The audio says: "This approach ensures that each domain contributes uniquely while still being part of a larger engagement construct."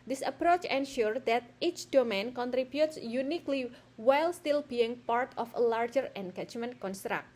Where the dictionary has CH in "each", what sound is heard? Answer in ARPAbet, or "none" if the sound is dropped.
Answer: CH